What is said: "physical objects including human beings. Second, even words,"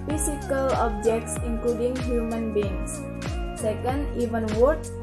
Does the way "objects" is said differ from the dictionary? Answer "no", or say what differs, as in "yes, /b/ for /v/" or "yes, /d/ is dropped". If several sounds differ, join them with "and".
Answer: no